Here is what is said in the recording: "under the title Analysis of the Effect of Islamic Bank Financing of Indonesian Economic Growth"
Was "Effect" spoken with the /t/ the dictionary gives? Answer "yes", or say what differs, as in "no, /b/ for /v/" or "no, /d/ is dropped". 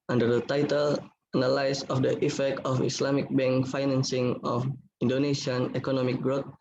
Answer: yes